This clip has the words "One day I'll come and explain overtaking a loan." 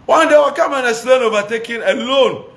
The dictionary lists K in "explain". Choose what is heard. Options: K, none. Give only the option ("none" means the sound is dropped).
none